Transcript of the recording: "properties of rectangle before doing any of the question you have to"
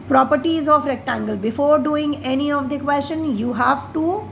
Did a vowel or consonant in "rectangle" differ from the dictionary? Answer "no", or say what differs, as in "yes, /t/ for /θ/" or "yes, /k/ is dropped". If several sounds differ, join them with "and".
no